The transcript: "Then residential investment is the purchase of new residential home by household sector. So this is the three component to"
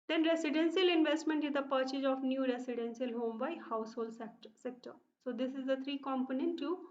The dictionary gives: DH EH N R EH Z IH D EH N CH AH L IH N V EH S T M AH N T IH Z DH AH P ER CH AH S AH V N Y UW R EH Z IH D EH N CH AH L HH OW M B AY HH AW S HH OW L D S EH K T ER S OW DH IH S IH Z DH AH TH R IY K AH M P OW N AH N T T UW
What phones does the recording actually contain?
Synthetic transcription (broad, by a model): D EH N R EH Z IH D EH N S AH L IH N V EH S T M AH N T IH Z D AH P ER CH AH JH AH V N Y UW R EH S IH D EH N S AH L HH OW M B AY HH AW S HH OW L D S EH K T ER S OW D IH S IH Z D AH T R IY K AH M P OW N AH N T T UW